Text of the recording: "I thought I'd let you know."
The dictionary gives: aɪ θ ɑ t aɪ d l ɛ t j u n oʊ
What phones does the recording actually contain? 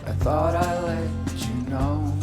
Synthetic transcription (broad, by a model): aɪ θ ɑ t aɪ l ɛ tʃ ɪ n oʊ